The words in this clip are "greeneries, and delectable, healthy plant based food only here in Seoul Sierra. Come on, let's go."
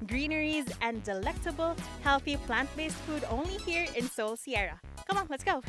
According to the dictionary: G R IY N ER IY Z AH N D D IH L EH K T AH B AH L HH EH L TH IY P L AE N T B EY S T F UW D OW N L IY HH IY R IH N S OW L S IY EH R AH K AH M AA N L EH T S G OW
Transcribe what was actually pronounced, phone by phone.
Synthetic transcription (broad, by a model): G R IY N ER IY Z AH N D D IH L EH K T AH B AH L HH EH L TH IY P L AE N T B EY S T F UW D OW N L IY HH IY R IH N S OW L S IY EH R AH K AH M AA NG L EH T S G OW